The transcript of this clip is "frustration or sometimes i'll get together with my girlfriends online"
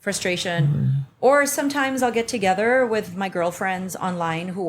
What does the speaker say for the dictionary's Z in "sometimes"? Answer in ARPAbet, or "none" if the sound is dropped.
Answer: Z